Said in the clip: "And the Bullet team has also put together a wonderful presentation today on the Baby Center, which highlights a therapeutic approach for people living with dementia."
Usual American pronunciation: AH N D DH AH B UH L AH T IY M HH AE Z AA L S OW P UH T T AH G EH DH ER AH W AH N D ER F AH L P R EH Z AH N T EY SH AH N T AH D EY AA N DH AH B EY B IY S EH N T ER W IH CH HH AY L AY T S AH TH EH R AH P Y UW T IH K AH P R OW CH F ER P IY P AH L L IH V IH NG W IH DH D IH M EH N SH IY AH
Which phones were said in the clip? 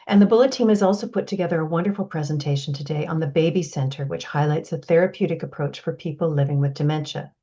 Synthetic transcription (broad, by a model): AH N DH AH B UH L AH T IY M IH Z AA L S OW P UH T T AH G EH DH ER AH W AH N D ER F L P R EH Z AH N T EY SH N T AH D EY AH N DH AH B EY B IY S EH N T ER W IH CH HH AY L AY T S AH TH EH R AH P Y UW T IH K AH P R OW CH F ER P IY P L L IH V IH NG W IH DH D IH M EH N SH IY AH